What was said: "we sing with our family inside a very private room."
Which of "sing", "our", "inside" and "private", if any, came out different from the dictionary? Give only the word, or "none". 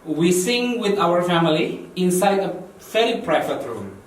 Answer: private